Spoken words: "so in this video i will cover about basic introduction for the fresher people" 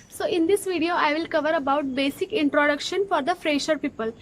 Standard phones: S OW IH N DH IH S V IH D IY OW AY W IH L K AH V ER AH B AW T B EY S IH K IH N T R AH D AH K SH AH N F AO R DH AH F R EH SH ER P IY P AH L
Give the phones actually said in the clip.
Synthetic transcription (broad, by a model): S OW IH N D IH S V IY D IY OW AY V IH L K AH V ER AH B AW T B EY S IH K IH N T R AH D AH K SH AH N F AO R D AH F R EH SH ER P IY P AH L